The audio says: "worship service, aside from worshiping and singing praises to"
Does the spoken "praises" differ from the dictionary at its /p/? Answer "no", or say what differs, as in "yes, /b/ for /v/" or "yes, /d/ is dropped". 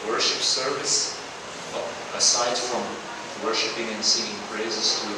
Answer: yes, /b/ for /p/